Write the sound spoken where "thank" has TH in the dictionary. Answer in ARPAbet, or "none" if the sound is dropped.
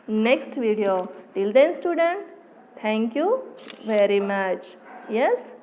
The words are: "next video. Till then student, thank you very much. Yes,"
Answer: T